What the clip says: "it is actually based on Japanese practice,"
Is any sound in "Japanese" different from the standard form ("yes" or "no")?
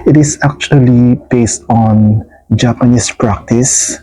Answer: yes